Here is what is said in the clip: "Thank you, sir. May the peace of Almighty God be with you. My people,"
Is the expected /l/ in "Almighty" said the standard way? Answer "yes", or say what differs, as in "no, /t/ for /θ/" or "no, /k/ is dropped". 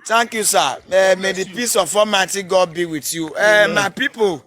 no, /l/ is dropped